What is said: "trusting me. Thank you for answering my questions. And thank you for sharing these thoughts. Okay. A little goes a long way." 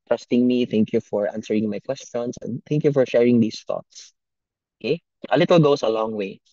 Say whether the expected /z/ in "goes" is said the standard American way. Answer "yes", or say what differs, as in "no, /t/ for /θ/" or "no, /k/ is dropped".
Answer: no, /s/ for /z/